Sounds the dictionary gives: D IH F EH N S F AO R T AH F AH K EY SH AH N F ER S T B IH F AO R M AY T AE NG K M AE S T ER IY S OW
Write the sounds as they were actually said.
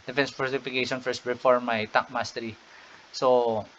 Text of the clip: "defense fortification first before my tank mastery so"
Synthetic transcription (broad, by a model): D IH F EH N S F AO R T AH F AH K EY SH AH N F ER S T B IH F AO R M AY T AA K M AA S T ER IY S OW